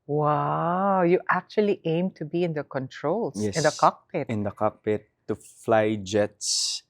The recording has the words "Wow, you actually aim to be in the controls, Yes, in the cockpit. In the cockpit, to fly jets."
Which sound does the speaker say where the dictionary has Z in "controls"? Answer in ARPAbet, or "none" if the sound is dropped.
none